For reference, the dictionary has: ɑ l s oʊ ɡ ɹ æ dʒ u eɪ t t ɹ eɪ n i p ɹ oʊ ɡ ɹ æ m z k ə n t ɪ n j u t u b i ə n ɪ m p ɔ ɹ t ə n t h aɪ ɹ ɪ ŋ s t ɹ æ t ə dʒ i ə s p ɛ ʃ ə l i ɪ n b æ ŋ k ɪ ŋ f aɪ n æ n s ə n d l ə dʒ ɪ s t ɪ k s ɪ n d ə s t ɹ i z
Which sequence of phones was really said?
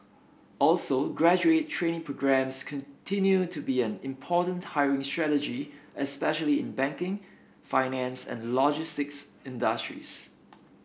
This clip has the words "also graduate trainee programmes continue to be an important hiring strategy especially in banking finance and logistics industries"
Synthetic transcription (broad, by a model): ɑ l s oʊ ɡ ɹ æ dʒ u eɪ t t ɹ eɪ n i p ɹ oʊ ɡ ɹ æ m s k ə n t ɪ n j u t u b i ə n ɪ m p ɔ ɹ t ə n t h aɪ ɹ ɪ ŋ s t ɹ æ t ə dʒ i ə s p ɛ ʃ ə l i ɪ n b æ ŋ k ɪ ŋ f aɪ n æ n s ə n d l ə dʒ ɪ s t ɪ k s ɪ n d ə s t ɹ i s